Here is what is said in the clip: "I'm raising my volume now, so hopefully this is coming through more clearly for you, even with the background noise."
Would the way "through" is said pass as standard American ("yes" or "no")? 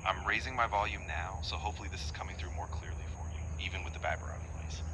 yes